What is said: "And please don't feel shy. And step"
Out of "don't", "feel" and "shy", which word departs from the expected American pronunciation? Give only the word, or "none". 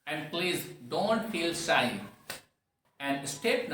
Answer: shy